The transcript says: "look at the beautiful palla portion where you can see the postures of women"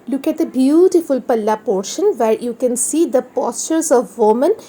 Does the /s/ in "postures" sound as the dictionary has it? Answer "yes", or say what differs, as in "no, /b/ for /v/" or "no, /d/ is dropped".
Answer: yes